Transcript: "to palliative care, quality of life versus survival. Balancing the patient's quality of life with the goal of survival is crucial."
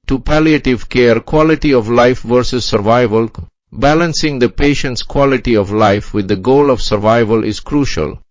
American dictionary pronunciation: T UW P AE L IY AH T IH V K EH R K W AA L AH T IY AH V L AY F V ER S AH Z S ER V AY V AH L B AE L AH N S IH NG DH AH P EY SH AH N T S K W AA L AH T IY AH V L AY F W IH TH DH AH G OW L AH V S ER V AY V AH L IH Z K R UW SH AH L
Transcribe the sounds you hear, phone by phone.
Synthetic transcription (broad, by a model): T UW P AE L IY AH T IH V K EH R K W AA L AH T IY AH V L AY F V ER S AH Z S ER V AY V AH L B AE L AH N S IH NG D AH P EY SH AH N T S K W AA L AH T IY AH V L AY F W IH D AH G OW L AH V S ER V AY V AH L IH Z K R UW SH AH L